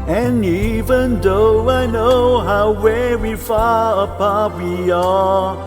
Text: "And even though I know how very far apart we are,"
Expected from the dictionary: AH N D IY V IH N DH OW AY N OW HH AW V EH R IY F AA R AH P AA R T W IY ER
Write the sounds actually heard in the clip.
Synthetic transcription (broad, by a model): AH N IY V IH N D OW AY N OW HH AW W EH W IY F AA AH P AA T W IY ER